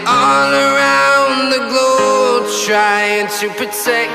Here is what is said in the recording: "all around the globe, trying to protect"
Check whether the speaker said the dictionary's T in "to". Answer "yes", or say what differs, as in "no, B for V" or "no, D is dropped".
yes